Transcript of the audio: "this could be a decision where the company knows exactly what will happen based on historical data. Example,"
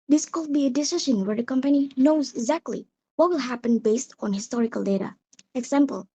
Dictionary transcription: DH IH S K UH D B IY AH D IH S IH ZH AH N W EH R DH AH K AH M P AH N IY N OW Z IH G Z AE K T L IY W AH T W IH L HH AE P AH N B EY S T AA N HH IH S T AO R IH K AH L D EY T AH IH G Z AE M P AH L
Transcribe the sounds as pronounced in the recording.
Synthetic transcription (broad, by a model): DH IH S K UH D B IY AH D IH S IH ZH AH N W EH R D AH K AH M P AH N IY N OW Z IH G Z AE K T L IY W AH T W IH L HH AE P AH N B EY S T AA N HH IH S T AO R IH K AH L D EY T AH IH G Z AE M P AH L